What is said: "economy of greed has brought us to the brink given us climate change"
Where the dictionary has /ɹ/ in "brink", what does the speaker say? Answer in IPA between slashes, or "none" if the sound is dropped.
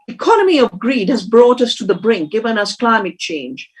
/ɹ/